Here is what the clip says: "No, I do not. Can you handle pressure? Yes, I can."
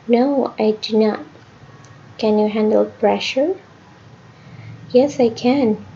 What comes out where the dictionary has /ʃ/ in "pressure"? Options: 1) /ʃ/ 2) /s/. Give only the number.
1